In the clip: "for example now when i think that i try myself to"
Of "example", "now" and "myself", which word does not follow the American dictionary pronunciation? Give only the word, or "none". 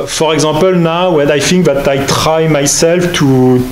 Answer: example